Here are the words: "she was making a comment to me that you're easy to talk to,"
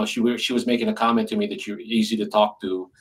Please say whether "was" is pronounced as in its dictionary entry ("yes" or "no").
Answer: yes